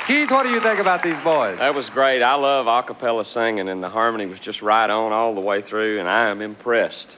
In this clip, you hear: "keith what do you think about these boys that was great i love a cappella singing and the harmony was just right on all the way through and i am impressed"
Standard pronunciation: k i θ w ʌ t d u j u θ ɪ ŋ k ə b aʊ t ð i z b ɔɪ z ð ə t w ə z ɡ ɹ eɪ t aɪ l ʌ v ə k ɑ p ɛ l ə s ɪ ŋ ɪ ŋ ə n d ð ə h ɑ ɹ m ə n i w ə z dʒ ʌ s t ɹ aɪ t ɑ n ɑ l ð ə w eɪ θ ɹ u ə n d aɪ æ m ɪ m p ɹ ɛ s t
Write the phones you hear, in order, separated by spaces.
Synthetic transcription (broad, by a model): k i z w ʌ t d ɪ j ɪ θ ɪ ŋ k ə b aʊ t ð i z b ɔɪ z ð ə t w ə z ɡ ɹ eɪ t aɪ l ʌ v ə k ɑ p ɛ l ə s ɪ ŋ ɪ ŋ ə n ð ə h ɑ ɹ m ə n i w ə z dʒ ʌ s t ɹ aɪ t n ɑ l ð ə w eɪ θ ɹ u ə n aɪ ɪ m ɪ m p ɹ ɛ s t